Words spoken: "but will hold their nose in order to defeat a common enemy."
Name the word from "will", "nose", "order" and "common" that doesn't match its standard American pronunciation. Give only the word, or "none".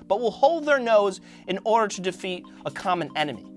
none